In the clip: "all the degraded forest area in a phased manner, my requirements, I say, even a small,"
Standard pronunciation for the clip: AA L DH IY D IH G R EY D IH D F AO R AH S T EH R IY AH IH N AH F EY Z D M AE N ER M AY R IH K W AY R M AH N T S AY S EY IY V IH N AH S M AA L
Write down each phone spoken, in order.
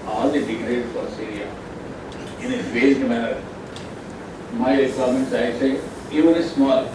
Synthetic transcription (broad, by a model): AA L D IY D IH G R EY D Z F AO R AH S EH R IY AH IH N AH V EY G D M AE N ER M AY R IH K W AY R M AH N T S AY S EY IY V IH N AH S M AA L